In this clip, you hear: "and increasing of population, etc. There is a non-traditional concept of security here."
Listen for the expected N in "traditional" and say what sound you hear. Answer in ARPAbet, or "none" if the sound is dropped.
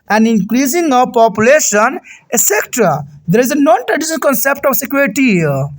none